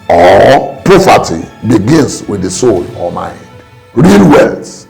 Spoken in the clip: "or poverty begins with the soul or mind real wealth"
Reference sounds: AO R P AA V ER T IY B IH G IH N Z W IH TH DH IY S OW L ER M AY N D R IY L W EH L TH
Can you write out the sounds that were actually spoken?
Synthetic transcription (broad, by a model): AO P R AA F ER T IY B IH G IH N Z W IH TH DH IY S OW L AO M AY N D R IY L W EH L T